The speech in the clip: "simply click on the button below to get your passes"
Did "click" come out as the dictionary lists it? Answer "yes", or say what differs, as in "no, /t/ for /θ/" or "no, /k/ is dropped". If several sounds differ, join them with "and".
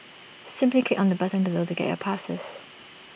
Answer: no, /l/ is dropped